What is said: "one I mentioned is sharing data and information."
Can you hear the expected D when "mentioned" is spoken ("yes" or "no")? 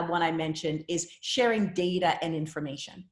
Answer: yes